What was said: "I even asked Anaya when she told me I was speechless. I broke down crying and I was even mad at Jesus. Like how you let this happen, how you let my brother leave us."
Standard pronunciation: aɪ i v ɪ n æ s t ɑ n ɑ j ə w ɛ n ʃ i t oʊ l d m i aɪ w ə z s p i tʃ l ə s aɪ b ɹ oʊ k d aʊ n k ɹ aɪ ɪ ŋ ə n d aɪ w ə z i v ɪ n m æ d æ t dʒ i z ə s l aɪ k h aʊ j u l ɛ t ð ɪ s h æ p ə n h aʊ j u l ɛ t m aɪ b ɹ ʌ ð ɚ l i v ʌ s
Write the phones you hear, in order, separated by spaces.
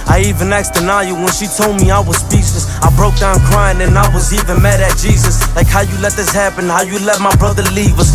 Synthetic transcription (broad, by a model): aɪ i v ɪ n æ s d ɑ n ɑ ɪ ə w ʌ n ʃ i t oʊ l d m i aɪ w ə z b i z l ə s aɪ b ɹ oʊ k d aʊ n k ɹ aɪ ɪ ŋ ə n aɪ w ə z i v ɪ n m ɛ d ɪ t dʒ i z ə s l aɪ k h aʊ j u l ɛ t ð ɪ s h æ p ə n h aʊ j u l ɛ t m aɪ b ɹ ʌ ð ɚ l i v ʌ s